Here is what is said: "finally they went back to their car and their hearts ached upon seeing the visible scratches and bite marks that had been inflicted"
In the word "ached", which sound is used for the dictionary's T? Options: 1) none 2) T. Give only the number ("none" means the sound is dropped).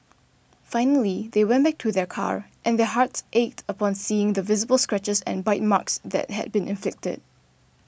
2